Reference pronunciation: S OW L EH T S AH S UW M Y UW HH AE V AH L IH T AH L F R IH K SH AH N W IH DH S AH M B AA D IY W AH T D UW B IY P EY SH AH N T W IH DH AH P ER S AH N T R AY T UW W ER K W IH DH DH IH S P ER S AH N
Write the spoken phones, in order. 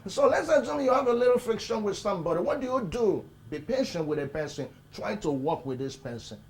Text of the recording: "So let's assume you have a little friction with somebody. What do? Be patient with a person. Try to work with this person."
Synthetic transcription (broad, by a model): S OW L EH T S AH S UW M Y UW HH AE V AH L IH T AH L F R IH K SH AH N W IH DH S AH M B AA D IY W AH T D UW B IY P EY SH AH N T W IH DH AH P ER S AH N T R AY T UW W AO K W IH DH DH IH S P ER S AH N